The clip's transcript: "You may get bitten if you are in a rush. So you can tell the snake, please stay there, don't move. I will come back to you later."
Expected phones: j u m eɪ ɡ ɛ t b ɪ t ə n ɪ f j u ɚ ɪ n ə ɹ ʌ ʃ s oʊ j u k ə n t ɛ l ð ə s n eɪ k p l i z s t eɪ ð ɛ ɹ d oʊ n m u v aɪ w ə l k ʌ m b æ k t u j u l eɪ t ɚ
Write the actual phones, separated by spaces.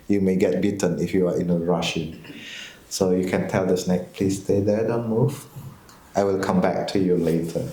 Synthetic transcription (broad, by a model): j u m eɪ ɡ ɛ t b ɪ t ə n ɪ f j u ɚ ɪ n ə ɹ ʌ ʃ s oʊ j u k ə n t ɛ l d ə s n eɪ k p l i s t eɪ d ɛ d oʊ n m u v aɪ w ə l k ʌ m b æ k t u j u l eɪ t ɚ